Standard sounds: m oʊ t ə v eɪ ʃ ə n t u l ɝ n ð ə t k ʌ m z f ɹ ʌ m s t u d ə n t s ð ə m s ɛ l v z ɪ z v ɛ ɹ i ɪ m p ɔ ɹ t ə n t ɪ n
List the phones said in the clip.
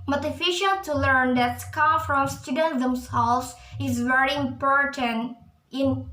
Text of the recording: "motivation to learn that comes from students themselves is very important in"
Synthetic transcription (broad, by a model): m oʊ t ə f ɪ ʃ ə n t u l ɝ n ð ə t k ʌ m f ɹ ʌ m s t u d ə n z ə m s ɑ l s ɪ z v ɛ ɹ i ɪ m p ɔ ɹ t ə n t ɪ n